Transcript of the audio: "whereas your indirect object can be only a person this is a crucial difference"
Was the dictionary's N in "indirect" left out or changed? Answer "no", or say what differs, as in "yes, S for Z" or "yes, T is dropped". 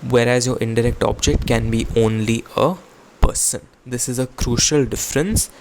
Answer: no